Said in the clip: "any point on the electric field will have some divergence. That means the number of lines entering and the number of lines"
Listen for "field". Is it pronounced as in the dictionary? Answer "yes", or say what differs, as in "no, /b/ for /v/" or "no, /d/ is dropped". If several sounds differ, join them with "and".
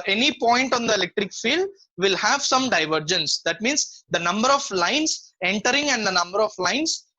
yes